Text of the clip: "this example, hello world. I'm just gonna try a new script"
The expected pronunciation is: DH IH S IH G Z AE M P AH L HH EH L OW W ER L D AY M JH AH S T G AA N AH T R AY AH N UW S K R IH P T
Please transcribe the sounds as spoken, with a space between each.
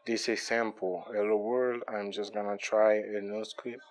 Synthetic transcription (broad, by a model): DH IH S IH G S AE M P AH L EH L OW W ER L D AY M JH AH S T G AA N AH T R AY AH N UW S K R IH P